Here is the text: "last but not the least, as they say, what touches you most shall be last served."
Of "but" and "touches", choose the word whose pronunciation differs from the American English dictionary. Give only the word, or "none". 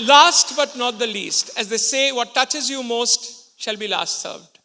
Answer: none